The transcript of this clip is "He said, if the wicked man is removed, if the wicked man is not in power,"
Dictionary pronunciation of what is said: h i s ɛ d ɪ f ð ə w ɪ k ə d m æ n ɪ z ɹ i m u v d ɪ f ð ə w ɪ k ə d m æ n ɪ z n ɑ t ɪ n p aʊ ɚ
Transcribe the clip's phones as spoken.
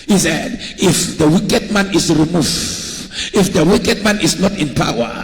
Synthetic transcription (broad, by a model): h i s ɛ d ɪ f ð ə w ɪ k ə d m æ n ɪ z ɹ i m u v ɪ f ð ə w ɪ k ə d m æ n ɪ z n ɑ t ɪ n p aʊ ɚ